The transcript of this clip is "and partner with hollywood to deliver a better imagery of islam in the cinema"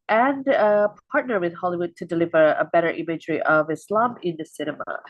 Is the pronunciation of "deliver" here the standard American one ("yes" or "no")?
yes